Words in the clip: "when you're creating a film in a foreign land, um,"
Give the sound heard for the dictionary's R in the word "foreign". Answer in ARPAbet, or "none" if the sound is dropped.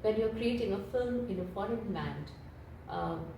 R